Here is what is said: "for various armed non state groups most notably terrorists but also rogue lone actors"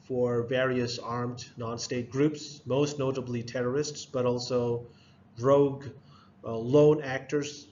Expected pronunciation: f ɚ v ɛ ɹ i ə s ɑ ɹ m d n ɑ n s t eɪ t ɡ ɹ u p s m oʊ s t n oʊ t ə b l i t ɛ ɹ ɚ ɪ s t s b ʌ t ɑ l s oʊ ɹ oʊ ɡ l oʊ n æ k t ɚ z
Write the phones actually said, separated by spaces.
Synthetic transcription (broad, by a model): f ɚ v ɛ ɹ i ə s ɑ ɹ m d n ɑ n s t eɪ t ɡ ɹ u p s m oʊ s t n oʊ t ə b l i t ɛ ɹ ɚ ɪ s t s b ʌ t ɑ l s oʊ ɹ oʊ ɡ l oʊ n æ k t ɚ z